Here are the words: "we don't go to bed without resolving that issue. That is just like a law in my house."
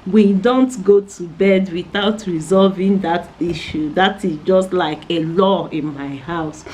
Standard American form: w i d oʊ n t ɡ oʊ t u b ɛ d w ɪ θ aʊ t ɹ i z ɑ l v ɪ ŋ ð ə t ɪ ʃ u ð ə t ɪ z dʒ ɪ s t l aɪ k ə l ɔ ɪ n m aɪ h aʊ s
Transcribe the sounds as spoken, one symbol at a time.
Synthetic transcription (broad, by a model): w i d oʊ n t ɡ oʊ t u b ɛ d w ɪ θ aʊ t ɹ i z ɑ l v ɪ ŋ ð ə t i ʃ u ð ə t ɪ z dʒ ɪ s t l aɪ k ə l ɔ ɪ n m aɪ h aʊ s